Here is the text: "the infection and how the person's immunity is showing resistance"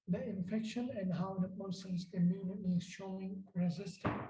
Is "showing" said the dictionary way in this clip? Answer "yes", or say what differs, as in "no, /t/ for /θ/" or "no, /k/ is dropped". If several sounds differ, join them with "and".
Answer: yes